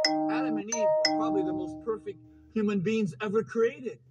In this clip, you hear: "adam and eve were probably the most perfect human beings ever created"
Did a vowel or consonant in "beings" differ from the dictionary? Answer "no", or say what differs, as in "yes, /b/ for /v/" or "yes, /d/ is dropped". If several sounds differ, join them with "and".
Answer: no